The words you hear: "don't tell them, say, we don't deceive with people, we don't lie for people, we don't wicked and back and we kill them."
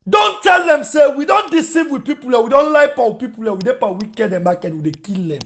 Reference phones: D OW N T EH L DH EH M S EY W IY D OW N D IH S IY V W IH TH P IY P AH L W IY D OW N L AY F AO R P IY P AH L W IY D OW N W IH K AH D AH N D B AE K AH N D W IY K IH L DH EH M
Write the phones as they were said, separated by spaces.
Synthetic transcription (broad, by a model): D OW N T EH L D EH M S EY W IY D OW N D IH S IY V W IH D P IY P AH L W IY D OW N L AY P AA W P IY P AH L W IY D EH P W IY K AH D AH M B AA K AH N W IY K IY L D EH M